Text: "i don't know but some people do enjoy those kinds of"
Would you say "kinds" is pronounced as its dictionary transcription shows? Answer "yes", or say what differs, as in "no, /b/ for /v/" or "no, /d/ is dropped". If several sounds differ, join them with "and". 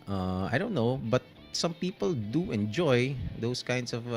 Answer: no, /s/ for /z/